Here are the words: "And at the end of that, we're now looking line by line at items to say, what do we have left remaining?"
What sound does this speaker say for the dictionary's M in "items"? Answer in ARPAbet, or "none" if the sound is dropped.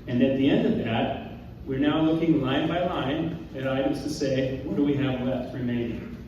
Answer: none